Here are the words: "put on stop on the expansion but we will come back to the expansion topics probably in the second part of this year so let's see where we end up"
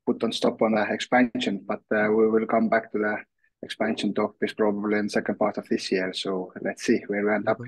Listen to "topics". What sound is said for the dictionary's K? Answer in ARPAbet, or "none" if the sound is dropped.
none